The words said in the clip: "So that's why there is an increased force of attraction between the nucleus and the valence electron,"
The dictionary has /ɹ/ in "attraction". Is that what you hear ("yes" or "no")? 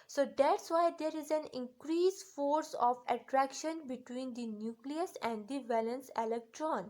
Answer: yes